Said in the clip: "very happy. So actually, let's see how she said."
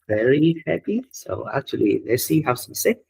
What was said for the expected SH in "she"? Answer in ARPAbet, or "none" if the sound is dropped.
S